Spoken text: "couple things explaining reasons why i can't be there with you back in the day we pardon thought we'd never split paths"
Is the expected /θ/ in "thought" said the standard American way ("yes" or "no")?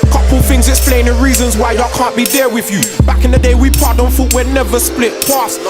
no